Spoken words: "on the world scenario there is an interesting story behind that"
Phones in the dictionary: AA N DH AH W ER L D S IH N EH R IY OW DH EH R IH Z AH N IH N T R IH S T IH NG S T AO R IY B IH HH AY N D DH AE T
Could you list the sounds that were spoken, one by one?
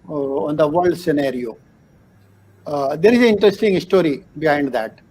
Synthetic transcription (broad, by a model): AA N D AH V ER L D S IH N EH R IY OW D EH R IH Z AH IH N T R IH S T IH NG S T AO R IY B IH HH AY N D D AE T